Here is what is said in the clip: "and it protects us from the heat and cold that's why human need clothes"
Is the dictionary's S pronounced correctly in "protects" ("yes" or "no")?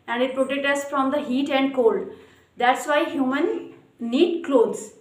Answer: no